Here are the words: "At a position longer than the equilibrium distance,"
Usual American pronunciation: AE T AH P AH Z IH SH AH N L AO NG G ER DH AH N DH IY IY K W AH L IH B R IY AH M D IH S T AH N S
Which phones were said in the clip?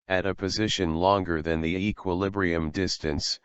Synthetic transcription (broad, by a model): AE T AH P AH Z IH SH AH N L AO NG G ER DH AH N DH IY IY K W AH L IH B R IY AH M D IH S T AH N S